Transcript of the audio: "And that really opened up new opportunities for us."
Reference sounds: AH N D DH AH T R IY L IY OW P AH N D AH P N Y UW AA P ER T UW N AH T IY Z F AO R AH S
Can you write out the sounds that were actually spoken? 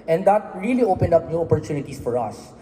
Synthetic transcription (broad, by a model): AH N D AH T R IY L IY OW P AH N D AH P N Y UW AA P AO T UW N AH T IY S F AO R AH S